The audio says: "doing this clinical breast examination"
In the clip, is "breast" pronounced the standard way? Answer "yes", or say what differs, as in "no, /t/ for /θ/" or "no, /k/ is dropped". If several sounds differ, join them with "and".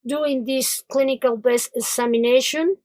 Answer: no, /ɹ/ is dropped